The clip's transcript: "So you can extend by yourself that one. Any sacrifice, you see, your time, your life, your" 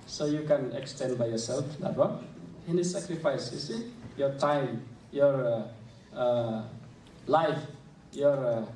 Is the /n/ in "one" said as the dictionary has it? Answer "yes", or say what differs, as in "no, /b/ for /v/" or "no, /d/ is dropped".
no, /n/ is dropped